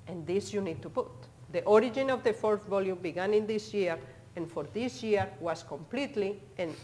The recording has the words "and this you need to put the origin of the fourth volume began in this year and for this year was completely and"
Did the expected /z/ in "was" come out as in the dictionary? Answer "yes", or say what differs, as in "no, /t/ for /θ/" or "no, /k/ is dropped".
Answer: no, /s/ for /z/